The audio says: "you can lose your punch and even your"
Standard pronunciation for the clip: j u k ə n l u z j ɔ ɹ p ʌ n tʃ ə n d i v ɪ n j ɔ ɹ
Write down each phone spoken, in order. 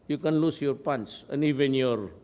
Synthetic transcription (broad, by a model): j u k ə n l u s j ɔ ɹ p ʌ n s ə n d i v ɪ n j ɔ ɹ